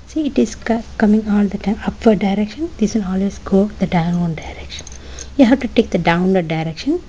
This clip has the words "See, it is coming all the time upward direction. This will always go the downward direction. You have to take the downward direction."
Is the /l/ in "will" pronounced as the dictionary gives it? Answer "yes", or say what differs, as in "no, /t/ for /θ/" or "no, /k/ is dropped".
no, /n/ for /l/